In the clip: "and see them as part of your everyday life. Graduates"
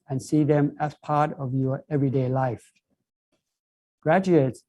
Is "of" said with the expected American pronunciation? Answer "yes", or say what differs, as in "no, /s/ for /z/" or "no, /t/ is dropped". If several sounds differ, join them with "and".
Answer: yes